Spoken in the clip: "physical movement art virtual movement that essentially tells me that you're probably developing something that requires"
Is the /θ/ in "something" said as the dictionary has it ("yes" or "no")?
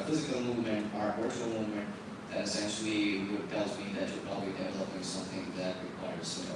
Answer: yes